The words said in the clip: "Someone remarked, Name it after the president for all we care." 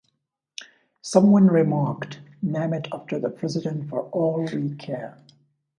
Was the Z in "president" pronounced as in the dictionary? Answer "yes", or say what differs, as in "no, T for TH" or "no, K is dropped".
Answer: yes